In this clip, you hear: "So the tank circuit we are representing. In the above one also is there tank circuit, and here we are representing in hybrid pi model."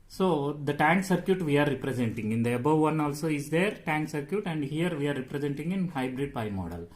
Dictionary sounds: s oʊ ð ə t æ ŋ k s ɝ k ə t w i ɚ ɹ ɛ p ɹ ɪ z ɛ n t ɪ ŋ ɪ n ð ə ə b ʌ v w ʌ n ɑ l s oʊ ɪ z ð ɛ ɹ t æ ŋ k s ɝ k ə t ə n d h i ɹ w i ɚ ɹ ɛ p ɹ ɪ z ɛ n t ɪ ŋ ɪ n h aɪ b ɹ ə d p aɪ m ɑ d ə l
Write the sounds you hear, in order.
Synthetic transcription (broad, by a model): s oʊ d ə t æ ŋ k s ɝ k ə t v i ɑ ɹ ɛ p ɹ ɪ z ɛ n t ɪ ŋ ɪ n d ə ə b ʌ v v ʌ n ɑ l s oʊ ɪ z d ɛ ɹ t æ ŋ k s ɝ k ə t ə n d h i ɹ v i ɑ ɹ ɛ p ɹ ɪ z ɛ n t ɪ ŋ ɪ n h aɪ b ɹ ə d p aɪ m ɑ d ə l